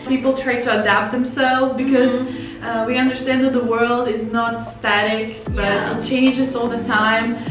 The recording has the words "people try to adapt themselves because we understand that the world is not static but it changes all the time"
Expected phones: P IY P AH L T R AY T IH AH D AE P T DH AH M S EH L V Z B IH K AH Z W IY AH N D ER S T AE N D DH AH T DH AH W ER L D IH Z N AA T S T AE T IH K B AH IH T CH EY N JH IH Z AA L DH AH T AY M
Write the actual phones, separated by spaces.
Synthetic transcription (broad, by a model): P IY P L T R AY T IH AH D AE P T DH AH M S EH L V Z B IH K AH Z W IY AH N D ER S T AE N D DH AH T DH AH W ER L D IH Z N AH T S T AE T IH K B AH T CH EY N JH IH S AA L DH AH T AY M